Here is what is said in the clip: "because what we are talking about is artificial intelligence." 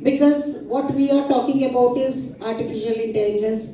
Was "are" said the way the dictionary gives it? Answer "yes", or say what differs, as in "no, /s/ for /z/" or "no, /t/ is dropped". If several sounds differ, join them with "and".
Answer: yes